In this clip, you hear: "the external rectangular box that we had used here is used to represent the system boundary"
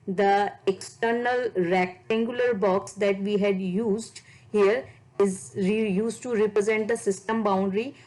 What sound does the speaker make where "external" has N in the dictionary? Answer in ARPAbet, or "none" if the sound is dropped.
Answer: N